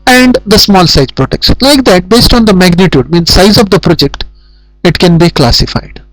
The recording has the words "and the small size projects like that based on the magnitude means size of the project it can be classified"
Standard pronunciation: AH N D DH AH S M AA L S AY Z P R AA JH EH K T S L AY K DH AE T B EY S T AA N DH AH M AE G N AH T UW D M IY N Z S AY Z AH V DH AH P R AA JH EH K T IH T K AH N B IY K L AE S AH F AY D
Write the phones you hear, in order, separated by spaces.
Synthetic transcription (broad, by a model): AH N D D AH S M AA L S AY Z P R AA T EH K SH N L AY K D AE T B EY S T AA N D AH M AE G N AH T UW D M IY N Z S AY Z AH V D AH P R AA JH EH K T IH T K AH N B IY K L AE S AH F AY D